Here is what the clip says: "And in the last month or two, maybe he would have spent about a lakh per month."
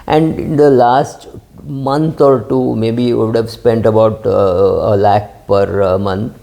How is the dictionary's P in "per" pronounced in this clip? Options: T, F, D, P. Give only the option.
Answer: P